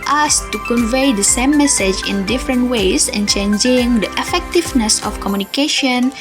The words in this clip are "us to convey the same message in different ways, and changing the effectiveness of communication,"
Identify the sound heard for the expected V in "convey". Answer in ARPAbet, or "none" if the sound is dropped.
V